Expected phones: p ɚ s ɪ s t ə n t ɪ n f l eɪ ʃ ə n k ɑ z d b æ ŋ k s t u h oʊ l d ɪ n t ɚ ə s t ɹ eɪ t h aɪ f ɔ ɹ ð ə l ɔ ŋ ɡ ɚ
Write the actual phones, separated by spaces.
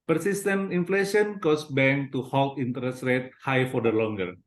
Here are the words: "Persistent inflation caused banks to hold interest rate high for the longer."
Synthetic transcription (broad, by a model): p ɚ s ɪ s t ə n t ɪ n f l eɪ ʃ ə n k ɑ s b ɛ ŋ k t u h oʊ l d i n t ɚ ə s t ɹ eɪ t h aɪ f ɔ ɹ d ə l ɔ ŋ ɡ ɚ